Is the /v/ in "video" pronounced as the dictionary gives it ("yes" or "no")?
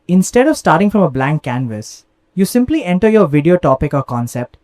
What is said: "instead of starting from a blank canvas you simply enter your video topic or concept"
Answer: yes